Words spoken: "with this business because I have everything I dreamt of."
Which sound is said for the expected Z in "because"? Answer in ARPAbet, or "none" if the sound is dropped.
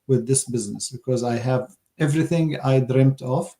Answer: Z